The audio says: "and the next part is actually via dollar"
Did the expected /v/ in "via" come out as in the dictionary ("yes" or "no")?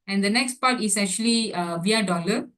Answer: yes